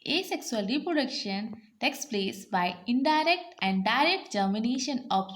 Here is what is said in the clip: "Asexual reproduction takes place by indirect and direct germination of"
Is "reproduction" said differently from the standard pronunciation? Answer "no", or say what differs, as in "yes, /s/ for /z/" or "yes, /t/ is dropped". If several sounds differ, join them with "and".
no